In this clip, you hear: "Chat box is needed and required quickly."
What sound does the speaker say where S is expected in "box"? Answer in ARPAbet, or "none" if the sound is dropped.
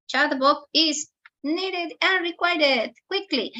none